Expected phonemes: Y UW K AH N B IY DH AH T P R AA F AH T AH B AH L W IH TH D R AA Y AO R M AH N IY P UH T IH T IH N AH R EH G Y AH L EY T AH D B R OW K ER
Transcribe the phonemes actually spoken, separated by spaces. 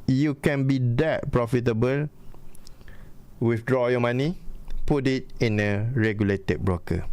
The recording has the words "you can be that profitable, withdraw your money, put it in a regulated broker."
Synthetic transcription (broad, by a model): Y UW K AH N B IY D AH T P R AA F AH T AH B AH L W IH F D R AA Y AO M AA N IY P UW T IH T IH N AH R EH G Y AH L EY T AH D B R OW K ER